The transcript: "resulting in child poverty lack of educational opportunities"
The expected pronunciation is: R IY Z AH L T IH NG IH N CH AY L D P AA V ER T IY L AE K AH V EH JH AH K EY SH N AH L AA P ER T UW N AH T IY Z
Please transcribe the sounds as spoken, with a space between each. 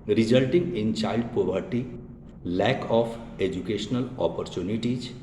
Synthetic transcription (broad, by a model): R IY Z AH L T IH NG IH N CH AY L D P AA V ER T IY L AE K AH F EH JH AH K EY SH N AH L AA P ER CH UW N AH T IY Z